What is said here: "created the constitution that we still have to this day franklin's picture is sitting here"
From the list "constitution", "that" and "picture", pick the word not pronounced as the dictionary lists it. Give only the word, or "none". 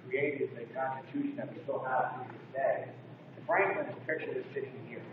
picture